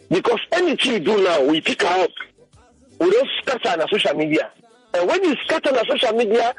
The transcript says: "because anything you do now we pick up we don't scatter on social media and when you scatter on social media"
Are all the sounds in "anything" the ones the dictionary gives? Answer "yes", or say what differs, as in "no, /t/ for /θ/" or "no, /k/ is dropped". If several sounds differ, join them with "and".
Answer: no, /t/ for /θ/